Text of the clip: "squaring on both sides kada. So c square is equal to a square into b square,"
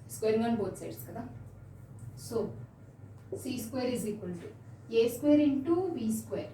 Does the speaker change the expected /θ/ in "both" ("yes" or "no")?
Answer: yes